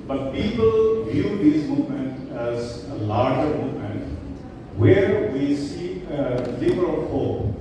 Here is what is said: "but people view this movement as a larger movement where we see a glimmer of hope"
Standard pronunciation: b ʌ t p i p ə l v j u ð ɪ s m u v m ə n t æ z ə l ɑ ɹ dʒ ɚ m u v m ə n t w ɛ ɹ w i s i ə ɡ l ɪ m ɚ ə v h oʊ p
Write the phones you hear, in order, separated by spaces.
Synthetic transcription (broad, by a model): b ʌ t p i p ə l v j u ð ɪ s m u v m ə n t æ z ə l ɑ ɹ dʒ ɚ m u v m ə n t w ɛ ɹ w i s i ə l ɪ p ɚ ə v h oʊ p